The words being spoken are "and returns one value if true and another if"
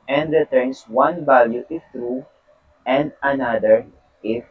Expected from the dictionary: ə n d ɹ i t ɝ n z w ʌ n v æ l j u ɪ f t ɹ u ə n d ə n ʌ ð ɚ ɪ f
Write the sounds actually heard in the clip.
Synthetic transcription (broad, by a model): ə n d ɹ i t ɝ n s w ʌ n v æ l j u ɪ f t ɹ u ə n d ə n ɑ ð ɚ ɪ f